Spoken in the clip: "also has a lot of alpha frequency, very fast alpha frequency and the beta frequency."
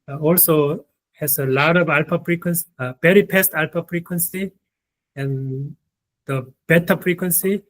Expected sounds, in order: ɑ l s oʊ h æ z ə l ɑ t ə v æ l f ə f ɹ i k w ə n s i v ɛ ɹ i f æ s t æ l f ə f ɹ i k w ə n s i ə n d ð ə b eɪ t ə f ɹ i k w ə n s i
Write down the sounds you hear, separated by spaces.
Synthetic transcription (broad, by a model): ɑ l s oʊ h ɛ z ə l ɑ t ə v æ l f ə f ɹ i k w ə n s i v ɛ ɹ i p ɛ s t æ l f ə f ɹ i k w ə n s i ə n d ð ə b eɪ t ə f ɹ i k w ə n s i